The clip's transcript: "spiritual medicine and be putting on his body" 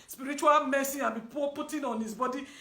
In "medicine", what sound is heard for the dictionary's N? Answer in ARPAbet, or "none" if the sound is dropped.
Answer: none